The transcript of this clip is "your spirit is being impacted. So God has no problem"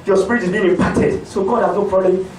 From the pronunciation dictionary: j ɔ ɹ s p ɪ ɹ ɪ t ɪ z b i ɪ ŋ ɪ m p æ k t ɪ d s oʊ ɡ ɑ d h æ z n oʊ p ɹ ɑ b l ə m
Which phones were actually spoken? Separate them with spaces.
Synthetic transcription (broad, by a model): j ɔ s p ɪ ɹ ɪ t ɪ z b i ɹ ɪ p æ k t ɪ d s oʊ ɡ ɑ d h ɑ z n oʊ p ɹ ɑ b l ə